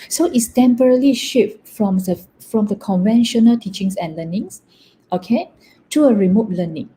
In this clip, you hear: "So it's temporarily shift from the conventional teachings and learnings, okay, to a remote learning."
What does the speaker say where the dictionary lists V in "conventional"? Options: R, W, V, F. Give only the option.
V